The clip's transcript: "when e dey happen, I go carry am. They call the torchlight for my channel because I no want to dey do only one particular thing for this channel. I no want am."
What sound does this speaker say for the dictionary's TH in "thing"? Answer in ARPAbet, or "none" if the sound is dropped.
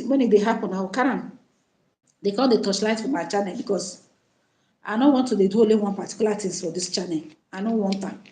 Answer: T